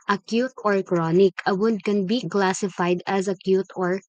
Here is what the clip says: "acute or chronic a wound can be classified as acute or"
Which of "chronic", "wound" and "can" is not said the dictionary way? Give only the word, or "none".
wound